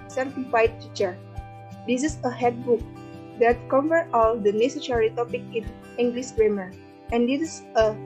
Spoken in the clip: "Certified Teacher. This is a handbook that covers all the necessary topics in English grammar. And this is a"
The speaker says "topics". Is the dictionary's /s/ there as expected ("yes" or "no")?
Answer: no